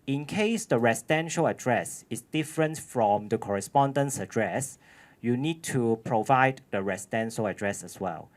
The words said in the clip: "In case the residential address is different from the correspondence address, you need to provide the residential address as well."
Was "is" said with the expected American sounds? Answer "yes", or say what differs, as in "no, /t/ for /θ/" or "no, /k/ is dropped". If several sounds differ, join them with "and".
no, /s/ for /z/